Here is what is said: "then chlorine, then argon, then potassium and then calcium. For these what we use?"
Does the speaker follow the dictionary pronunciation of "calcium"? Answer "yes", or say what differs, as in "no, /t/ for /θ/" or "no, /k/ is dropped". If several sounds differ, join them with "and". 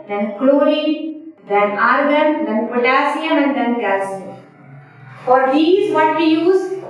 no, /l/ is dropped